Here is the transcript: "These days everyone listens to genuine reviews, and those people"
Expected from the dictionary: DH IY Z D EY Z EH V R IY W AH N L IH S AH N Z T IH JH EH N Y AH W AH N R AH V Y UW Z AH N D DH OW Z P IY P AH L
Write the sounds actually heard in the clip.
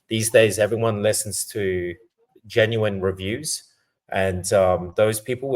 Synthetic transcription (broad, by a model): DH IY Z D EY Z EH V R IY W AH N L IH S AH N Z T IH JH EH N Y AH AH N R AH V Y UW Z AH N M DH OW Z P IY P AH